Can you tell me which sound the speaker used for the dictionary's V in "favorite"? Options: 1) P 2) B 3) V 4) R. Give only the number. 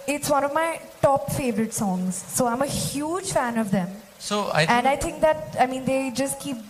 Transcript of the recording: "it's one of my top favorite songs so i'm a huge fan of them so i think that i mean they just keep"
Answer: 3